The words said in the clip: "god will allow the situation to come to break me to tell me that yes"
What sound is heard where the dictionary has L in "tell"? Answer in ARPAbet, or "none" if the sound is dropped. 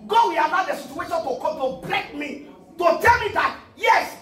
L